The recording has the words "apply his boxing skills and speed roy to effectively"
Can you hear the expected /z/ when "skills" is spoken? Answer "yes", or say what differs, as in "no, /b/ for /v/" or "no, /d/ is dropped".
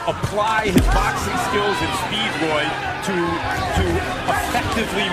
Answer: yes